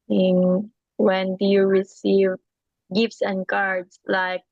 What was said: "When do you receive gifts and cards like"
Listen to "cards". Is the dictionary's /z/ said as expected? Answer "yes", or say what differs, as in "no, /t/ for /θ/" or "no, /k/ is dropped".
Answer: no, /s/ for /z/